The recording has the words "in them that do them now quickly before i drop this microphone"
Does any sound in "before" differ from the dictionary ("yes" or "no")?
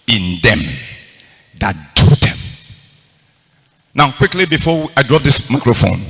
yes